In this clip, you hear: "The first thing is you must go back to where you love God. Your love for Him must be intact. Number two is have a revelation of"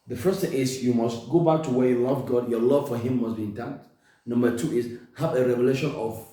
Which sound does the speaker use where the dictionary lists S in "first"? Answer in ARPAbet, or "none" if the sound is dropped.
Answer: S